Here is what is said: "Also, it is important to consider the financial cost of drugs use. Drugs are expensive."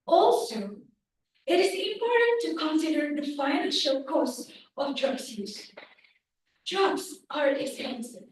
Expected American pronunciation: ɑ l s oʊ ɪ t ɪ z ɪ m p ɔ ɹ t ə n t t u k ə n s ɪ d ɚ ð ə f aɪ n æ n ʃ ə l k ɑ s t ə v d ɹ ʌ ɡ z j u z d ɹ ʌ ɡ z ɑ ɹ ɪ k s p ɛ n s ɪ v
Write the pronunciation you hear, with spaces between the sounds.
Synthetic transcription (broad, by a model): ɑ l s oʊ ɪ t ɪ z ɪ m p ɔ ɹ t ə n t t u k ə n s ɪ d ɚ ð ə f aɪ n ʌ l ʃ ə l k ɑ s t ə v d ɹ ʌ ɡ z j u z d ɹ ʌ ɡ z ɑ ɹ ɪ k s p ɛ n s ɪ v